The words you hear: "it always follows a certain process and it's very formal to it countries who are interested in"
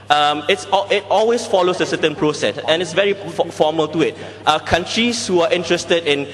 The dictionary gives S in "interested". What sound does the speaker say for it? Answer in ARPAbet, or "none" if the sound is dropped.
S